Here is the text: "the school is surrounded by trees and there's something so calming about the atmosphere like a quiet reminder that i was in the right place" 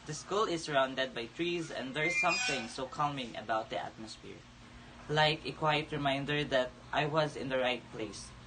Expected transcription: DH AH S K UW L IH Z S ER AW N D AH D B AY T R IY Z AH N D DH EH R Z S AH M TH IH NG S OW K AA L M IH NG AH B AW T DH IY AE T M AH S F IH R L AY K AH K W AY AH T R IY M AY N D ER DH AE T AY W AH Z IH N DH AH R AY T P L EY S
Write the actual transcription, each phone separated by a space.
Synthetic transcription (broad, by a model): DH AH S K UW L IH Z S ER AW N D AH D B AY T R IY Z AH N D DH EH R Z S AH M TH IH NG S OW K AA L M IH NG AH B AW T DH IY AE T M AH S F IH R L AY K AH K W AY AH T R IY M AY N D ER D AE T AY W AH Z IH N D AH R AY T P L EY S